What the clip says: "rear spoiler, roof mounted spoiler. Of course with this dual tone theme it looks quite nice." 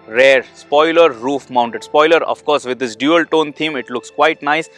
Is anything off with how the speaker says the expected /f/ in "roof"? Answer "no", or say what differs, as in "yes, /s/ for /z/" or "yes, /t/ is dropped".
no